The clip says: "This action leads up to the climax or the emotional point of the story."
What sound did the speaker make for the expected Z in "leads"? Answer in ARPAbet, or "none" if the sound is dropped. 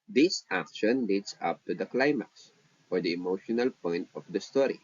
S